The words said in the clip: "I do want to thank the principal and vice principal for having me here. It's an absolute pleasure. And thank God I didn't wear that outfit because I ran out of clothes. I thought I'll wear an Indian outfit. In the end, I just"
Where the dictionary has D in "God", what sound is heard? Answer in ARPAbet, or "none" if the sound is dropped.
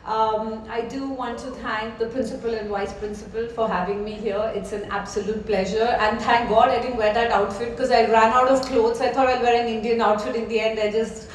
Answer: D